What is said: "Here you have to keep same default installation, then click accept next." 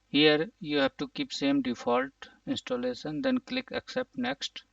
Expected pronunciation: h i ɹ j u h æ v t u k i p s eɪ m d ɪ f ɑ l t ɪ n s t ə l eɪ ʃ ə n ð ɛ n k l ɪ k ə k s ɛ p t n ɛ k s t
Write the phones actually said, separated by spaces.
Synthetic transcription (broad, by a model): h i ɹ j u h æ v t u k i p s eɪ m d ɪ f ɑ l t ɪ n s t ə l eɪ s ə n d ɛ n k l ɪ k ə k s ɛ p t n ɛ k s t